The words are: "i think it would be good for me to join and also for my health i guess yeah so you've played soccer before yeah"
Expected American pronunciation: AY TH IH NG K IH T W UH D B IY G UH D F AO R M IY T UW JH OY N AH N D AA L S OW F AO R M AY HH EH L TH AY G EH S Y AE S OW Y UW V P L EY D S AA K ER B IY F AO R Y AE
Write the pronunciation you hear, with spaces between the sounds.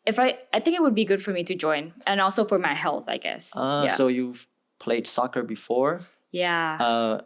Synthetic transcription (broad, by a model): AY TH IH NG K IH T W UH D B IY G UH D F AO R M IY T UW JH OY N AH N AA L S OW F AO R M AY HH EH L TH AY G EH S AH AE S OW Y UW V P L EY D S AA K ER B IY F AO R Y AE